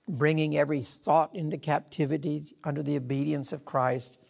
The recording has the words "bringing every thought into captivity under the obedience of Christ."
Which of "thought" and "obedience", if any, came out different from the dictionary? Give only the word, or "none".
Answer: none